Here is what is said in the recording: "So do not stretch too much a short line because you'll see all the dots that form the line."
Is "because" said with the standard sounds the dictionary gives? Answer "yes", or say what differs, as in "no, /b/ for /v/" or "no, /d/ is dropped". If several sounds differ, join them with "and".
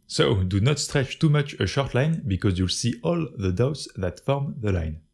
yes